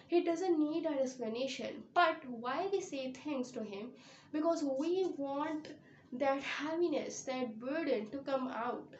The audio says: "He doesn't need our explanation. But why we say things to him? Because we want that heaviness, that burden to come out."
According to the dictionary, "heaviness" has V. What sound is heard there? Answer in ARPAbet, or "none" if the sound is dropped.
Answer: P